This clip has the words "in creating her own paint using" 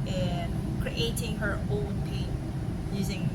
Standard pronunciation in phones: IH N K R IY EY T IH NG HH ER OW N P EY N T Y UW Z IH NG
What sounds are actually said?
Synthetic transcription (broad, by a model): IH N K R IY EY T IH NG HH ER OW N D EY T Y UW Z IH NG